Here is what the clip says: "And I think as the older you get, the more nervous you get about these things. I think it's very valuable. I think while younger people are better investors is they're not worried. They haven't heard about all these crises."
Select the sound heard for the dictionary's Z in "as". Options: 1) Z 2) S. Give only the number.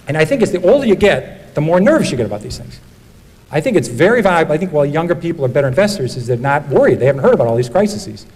2